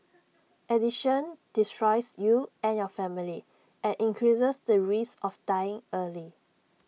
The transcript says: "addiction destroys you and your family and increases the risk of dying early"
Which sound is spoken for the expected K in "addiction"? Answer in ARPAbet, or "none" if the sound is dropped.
none